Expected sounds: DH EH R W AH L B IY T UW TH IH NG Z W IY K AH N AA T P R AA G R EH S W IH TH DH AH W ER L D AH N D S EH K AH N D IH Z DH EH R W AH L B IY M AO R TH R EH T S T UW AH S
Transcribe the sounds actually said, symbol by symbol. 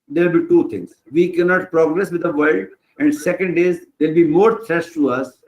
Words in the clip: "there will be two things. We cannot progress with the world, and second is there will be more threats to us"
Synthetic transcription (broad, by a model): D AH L B IY T UW T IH NG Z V IY K AH N AA T P R AA G R EH S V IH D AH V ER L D AH N D S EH K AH N D IH Z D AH L B IY M AO R T R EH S T UW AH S